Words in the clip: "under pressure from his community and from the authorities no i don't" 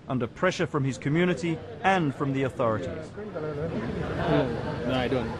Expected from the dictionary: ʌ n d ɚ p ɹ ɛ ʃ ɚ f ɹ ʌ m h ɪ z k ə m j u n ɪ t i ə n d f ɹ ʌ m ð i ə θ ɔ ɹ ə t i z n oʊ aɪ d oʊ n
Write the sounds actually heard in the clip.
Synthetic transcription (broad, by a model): ʌ n d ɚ p ɹ ɛ ʃ ɚ f ɹ ʌ m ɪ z k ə m j u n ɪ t i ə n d f ɹ ʌ m ð i ə θ ɔ ɹ ə t i z n oʊ aɪ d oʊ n